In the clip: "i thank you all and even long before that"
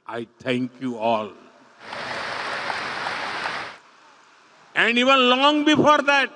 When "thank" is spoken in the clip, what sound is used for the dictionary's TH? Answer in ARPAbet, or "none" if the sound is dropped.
T